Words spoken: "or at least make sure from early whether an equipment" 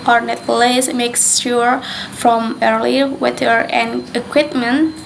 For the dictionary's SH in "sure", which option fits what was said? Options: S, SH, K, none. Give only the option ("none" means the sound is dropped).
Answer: S